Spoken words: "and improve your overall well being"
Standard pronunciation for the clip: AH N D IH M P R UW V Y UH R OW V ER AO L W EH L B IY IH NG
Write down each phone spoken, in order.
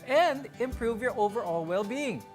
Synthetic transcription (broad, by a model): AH N D IH M P R UW V Y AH R OW V ER AO L W EH L B IY IH NG